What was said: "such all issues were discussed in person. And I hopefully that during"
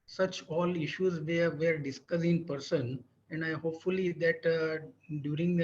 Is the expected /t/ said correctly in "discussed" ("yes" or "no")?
no